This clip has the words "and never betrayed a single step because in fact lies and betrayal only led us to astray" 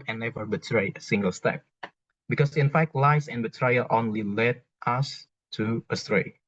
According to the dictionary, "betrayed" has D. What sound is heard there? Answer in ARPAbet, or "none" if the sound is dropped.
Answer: none